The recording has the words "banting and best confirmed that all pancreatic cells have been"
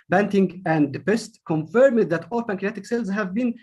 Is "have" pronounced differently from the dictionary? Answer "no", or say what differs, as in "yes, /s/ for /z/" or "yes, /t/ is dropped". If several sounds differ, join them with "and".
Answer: no